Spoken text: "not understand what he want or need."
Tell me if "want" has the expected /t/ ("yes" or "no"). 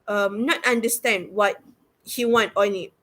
yes